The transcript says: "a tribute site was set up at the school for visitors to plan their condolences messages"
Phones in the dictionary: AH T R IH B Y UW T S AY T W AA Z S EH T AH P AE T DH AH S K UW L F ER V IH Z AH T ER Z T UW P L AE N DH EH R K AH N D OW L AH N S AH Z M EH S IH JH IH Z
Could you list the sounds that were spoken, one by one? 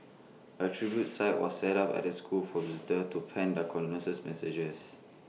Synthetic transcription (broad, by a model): AH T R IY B Y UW T S AY T W AA S EH T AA P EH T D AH S K UW L F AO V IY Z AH T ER T UW P EH N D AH K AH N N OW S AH S M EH S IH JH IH S